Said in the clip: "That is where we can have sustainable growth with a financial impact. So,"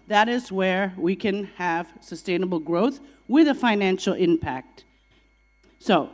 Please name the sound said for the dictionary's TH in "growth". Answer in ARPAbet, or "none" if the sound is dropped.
TH